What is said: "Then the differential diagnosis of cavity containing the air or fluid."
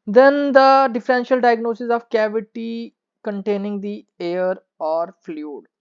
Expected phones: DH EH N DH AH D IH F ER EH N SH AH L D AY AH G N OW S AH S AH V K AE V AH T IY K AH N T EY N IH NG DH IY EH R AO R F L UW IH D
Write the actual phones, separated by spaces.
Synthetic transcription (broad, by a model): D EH N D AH D IH F ER EH N SH AH L D AY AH G N OW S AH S AH V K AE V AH T IY K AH N T EY N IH NG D IY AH R AO R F L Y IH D